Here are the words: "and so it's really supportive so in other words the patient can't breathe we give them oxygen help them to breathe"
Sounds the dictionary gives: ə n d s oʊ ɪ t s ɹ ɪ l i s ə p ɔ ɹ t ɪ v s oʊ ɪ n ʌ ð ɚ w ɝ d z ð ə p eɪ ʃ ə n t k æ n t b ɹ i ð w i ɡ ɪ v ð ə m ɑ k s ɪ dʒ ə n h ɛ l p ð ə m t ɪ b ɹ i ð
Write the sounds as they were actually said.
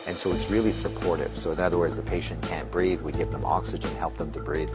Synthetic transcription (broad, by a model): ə n s oʊ ɪ t s ɹ ɪ l i s ə p ɔ ɹ t ɪ v s oʊ ɪ n ʌ ð ɚ w ɝ d z ð ə p eɪ ʃ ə n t k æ n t b ɹ i ð w i ɡ ɪ v ð ə m ɑ k s ɪ dʒ ə n h ɛ l p ð ə m t ɪ b ɹ i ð